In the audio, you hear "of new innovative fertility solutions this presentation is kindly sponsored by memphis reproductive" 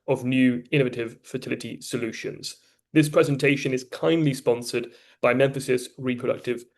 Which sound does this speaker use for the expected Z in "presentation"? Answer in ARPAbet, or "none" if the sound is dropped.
Z